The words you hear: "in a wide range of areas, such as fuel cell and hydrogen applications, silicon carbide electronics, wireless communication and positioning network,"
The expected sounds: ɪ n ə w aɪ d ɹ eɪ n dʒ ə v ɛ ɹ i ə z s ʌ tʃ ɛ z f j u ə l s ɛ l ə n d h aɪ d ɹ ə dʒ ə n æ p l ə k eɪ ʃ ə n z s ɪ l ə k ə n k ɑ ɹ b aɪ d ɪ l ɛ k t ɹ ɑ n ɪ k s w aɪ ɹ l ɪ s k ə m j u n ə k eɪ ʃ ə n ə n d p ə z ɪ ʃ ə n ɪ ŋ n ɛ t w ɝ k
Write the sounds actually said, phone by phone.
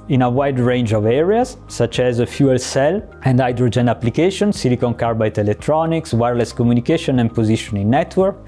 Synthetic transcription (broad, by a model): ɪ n ə w aɪ d ɹ eɪ n dʒ ə v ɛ ɹ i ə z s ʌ tʃ ɛ z f j u ə l s ɛ l ə n d aɪ d ɹ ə dʒ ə n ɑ p l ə k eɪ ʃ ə n s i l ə k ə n k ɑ ɹ b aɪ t ɪ l ɛ k t ɹ ɑ n ɪ k s w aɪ ɹ l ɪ s k ə m j u n ə k eɪ ʃ ə n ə n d p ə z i ʃ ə n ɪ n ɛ t w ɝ k